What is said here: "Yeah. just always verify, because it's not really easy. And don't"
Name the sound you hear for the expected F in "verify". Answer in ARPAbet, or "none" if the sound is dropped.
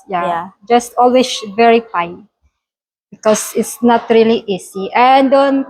P